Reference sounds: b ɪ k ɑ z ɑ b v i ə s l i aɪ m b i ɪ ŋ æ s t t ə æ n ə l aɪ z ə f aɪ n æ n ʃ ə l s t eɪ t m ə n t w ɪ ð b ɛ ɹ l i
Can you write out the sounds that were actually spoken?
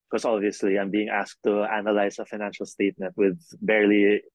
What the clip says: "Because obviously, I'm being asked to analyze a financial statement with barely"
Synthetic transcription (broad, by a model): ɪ k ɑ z ɑ b v i ə s l i aɪ m b i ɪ ŋ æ s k t ə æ n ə l aɪ s ə f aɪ n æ n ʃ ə l s t eɪ t m ə n t w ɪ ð b ɛ ɹ l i